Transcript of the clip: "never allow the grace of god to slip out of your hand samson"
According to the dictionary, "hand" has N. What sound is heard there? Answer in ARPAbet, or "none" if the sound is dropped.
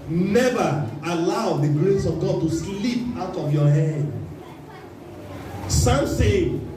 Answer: none